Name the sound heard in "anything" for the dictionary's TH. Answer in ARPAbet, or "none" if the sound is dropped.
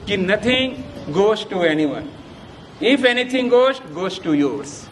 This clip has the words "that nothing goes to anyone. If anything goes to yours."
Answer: T